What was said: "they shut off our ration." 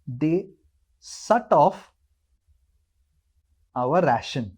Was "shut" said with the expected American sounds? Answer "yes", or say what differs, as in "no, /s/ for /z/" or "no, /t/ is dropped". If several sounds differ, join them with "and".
no, /s/ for /ʃ/